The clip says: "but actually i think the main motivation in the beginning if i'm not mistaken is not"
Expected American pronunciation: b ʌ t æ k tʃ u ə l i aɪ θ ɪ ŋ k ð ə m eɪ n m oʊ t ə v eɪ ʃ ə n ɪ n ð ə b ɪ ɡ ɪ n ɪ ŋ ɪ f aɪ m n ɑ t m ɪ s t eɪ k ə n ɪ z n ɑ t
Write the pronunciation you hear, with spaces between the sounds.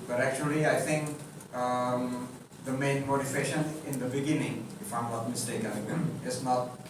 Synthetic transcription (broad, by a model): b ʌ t æ k tʃ u ə l i aɪ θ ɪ ŋ k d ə m eɪ n m oʊ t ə f eɪ ʃ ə n ɪ n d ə b ɪ ɡ ɪ n ɪ ŋ ɪ f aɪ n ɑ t m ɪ s t eɪ k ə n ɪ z n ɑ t